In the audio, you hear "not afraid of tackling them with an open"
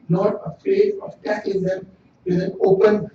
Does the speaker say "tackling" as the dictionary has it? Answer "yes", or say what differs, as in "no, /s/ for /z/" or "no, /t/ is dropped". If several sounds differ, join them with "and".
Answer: no, /l/ is dropped